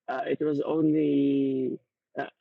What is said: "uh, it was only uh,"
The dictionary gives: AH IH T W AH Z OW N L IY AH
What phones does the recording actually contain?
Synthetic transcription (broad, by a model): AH IH T W AH Z OW N L IY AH